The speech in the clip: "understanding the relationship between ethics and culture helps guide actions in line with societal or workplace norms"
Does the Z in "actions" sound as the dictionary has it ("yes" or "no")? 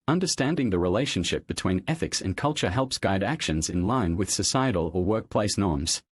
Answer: yes